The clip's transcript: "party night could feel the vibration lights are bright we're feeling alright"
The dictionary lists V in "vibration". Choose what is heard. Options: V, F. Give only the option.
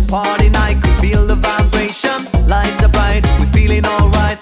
V